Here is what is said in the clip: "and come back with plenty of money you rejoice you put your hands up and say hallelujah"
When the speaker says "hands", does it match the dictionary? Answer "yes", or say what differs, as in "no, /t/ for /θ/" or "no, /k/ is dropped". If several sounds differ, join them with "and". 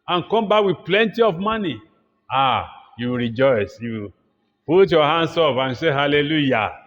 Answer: no, /s/ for /z/